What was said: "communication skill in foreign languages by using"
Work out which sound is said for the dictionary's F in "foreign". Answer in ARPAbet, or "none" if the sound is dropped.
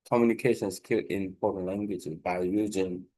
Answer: P